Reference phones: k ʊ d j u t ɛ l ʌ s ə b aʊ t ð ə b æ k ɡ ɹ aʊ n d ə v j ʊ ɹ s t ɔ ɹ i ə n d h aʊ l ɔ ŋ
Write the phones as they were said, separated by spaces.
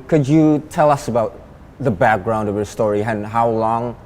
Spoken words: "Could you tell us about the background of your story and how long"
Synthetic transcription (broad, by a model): k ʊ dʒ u t ɛ l ʌ s ə b aʊ t ð ə b æ k ɡ ɹ aʊ n d ə v j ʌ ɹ s t ɔ ɹ i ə n h aʊ l ɔ ŋ